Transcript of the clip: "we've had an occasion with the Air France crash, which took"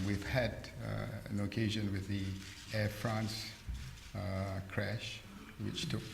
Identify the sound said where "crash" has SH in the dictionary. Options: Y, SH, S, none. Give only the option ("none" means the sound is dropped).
SH